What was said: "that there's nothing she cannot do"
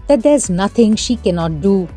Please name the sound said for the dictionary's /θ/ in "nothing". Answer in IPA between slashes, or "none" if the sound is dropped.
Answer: /t/